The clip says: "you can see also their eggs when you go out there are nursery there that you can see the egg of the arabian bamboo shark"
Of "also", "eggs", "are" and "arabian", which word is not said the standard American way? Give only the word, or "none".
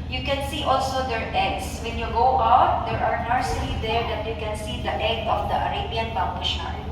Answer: eggs